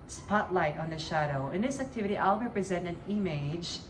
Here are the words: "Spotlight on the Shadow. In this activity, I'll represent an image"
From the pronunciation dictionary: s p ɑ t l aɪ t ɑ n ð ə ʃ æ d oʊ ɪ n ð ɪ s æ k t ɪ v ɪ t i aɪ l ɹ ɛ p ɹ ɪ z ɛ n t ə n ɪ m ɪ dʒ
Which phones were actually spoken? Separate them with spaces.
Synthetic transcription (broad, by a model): s p ɑ t l aɪ t n ð ə ʃ æ d oʊ ɪ n ð ɪ s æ k t ɪ v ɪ t i aɪ l ɹ ɛ p ɹ ɪ z ɛ n t ə n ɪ m ɪ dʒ